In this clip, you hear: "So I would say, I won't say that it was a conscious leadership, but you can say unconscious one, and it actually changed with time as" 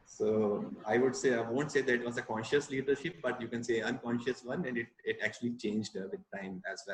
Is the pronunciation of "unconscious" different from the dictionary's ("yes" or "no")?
no